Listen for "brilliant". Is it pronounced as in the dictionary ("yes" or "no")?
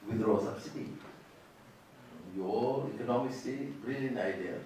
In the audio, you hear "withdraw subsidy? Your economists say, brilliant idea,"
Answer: no